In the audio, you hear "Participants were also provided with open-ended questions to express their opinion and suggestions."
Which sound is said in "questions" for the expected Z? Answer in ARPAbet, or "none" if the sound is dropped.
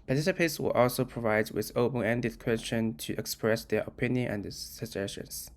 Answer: none